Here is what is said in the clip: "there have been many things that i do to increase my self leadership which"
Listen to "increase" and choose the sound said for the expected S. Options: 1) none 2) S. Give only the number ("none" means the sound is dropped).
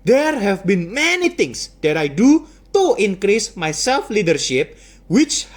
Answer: 2